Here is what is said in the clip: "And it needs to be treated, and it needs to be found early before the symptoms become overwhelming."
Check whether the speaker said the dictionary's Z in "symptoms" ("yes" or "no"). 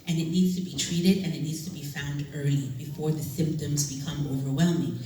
yes